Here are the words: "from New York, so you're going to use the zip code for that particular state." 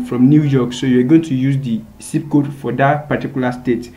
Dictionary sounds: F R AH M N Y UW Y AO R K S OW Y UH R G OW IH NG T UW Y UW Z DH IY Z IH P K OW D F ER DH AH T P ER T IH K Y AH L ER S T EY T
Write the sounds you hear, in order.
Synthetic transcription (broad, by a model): F R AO M N Y UW Y AO K S OW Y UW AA G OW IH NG T UW Y UW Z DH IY S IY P K OW D F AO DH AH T P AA T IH K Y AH L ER S T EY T